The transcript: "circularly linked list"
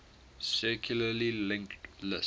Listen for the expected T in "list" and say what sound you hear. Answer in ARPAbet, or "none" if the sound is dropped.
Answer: none